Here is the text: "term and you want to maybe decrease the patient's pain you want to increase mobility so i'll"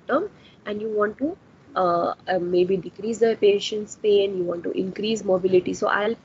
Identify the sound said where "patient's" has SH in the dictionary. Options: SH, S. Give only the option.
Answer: SH